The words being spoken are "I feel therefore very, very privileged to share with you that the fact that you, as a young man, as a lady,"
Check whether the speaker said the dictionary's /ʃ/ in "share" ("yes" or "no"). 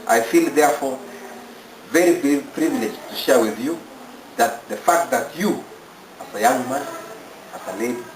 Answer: yes